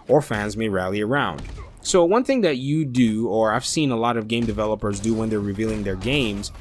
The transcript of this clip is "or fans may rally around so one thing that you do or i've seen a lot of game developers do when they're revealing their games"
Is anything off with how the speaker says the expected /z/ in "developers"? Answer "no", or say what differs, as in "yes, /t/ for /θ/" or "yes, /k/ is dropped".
no